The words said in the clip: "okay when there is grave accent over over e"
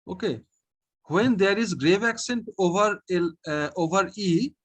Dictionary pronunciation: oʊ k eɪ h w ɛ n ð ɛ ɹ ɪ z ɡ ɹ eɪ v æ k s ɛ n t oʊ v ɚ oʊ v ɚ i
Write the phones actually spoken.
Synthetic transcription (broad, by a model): oʊ k eɪ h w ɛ n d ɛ ɹ ɪ z ɡ ɹ eɪ v æ k s ɛ n t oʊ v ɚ oʊ v ɚ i